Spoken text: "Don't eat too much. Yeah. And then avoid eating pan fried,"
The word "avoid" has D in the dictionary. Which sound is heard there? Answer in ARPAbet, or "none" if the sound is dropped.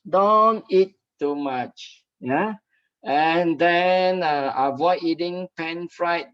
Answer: none